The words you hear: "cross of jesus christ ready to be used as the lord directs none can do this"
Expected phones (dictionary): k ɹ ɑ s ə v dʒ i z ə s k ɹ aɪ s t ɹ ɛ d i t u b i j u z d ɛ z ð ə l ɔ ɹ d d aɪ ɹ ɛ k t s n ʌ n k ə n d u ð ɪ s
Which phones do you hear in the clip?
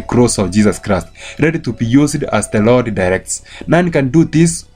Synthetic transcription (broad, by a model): k ɹ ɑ s ə v dʒ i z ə s k ɹ aɪ s t ɹ ɛ d i t u b i j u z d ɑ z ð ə l ɔ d d aɪ ɹ ɛ k t s n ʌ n k ə n d u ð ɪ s